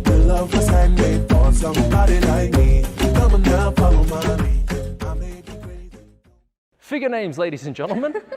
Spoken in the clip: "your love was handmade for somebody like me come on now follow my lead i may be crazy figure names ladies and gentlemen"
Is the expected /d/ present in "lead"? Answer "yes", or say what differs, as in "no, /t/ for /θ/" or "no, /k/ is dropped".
no, /d/ is dropped